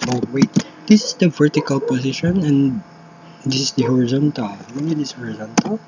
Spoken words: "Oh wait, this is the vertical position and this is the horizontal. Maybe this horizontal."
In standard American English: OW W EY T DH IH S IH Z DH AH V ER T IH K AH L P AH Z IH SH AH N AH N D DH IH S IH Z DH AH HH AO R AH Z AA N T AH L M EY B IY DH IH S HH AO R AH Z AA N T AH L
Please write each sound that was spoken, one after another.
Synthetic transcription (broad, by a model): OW W EY T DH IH S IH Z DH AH V ER T IH K AH L P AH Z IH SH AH N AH N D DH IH S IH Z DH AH HH AO R AH Z AA N T AH L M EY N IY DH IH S HH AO R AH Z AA N T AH L